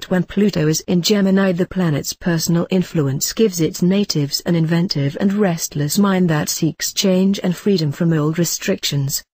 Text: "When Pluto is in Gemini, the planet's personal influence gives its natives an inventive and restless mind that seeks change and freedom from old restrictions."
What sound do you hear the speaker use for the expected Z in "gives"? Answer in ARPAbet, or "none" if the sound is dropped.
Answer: Z